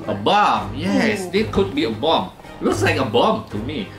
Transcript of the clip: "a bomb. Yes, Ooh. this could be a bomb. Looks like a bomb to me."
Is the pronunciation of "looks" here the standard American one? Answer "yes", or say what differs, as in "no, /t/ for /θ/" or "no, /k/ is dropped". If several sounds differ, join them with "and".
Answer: no, /w/ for /l/